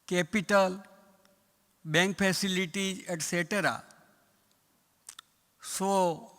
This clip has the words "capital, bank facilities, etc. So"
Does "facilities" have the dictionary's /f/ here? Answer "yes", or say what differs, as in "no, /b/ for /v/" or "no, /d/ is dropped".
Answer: no, /p/ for /f/